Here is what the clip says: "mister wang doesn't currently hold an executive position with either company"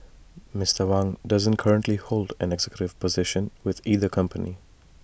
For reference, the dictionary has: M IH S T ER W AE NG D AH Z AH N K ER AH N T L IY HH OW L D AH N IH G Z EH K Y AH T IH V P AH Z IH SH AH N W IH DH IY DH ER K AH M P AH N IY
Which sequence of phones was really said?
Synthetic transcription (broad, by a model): M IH S T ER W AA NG D AH Z AH N K ER AH N T L IY HH OW L D AH N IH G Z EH K Y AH T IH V P AH Z IH SH AH N W IH DH IY DH ER K AH M P AH N IY